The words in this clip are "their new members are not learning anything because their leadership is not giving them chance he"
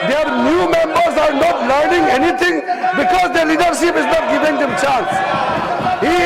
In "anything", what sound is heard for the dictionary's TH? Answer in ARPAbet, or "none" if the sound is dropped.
T